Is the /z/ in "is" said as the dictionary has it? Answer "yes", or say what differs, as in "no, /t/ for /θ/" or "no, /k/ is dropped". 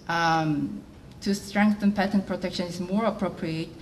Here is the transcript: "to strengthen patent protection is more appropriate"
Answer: no, /s/ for /z/